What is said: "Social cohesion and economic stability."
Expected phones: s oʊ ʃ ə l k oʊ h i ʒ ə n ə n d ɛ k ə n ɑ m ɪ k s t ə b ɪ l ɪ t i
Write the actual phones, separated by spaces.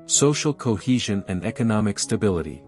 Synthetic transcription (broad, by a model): s oʊ ʃ l k oʊ h i ʒ ə n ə n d ɛ k ə n ɑ m ɪ k s t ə b ɪ l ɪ t i